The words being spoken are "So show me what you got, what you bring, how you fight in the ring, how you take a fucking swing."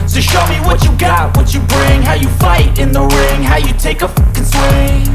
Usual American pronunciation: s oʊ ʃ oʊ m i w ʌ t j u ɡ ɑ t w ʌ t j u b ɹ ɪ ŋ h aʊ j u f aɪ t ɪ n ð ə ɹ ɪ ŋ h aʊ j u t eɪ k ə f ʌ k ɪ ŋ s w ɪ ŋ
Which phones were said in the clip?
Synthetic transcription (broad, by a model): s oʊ ʃ oʊ m i w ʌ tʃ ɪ ɡ ɑ t w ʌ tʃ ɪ b ɹ ɪ ŋ h aʊ j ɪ f aɪ t ɪ n ð ə ɹ ɪ ŋ h aʊ j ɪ t eɪ ə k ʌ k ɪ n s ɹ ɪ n